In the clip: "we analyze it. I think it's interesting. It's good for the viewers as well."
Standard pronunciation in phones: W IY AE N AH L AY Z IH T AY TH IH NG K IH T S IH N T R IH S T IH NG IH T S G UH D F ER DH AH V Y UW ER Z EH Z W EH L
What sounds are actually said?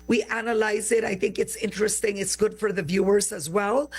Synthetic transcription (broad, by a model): W IY AE N AH L AY Z IH T AY TH IH NG K IH T S IH N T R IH S T IH NG IH T S G UH D F ER DH AH V Y UW ER Z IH Z W EH L